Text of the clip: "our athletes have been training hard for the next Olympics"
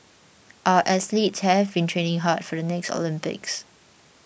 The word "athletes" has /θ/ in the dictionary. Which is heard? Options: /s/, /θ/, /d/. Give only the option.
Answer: /s/